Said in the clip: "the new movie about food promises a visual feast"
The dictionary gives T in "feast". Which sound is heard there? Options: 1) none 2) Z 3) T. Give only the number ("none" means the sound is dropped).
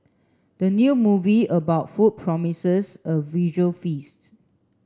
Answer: 3